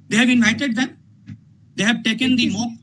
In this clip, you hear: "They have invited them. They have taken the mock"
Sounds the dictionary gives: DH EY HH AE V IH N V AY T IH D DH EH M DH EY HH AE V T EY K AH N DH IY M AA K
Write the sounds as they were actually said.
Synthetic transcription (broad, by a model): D EY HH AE V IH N AY T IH D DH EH M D EY HH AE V T EY K AH N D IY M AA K